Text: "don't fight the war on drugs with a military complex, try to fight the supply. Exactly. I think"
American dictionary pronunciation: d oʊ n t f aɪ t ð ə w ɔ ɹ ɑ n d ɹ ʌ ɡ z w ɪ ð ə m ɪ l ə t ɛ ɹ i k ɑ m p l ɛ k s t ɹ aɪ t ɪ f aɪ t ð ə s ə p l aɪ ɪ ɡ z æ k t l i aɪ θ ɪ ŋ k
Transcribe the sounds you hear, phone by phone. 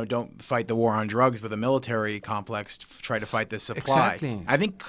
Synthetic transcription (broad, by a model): d oʊ n t f aɪ t ð ə w ɔ ɹ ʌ n d ɹ ʌ ɡ z w ɪ ð ə m ɪ l ə t ɛ ɹ i k ɑ m p l ɛ k s t ɹ aɪ t ɪ f aɪ t ð ə s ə p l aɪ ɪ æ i aɪ θ ɪ ŋ k